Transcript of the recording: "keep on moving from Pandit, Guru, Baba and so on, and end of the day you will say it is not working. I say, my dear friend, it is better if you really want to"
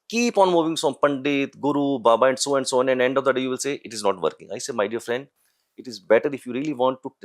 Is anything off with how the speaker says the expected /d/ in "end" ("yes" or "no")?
no